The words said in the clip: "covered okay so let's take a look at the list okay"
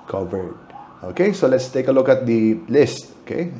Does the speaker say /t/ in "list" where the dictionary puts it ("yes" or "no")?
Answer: yes